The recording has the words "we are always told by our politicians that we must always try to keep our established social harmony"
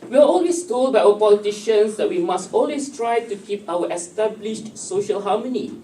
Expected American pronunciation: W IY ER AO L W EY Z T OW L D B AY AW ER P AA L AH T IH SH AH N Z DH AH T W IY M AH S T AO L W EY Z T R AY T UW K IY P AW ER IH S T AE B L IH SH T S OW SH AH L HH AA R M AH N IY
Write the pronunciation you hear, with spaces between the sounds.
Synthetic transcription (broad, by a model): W IY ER AO L W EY S T OW L D B AY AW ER P AA L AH T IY SH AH N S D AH T W IY M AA S T AO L W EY S T R AY T UW K IY P AW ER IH S T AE B L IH SH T S OW SH AH L HH AA M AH N IY